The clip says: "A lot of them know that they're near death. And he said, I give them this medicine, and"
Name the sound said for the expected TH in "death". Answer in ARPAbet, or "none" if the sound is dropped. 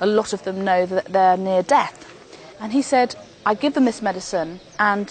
TH